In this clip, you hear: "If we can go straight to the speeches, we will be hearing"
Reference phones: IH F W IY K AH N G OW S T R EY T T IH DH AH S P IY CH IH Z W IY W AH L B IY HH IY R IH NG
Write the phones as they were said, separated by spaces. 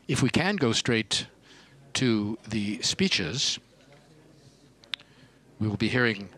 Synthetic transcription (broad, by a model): IH F W IY K AH N G OW S T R EY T T IH DH AH S P IY CH IH Z W IY W AH L B IY HH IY R IH NG